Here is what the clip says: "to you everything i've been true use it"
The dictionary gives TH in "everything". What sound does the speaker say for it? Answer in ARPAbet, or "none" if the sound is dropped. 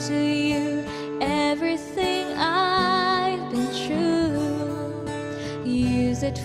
TH